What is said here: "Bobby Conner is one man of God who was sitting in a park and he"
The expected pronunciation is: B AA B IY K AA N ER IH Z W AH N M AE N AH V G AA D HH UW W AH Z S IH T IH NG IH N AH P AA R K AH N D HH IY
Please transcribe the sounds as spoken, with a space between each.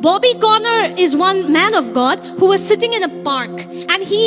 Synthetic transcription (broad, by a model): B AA B IY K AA N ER IH Z W AH N M AE N AH V G AA D HH UW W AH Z S IH T IH NG IH N AH P AA R K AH N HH IY